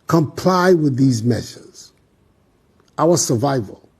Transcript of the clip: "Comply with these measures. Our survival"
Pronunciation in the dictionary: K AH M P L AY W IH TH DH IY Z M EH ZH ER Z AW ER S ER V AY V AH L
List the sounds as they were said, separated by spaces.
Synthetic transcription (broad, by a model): K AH M P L AY W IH DH IY Z M EH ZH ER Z AW ER S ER V AY V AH L